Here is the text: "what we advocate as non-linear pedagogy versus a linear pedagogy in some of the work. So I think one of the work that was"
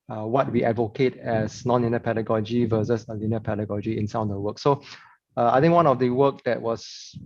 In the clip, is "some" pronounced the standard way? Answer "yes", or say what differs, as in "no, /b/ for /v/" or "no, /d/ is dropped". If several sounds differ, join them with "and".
no, /m/ is dropped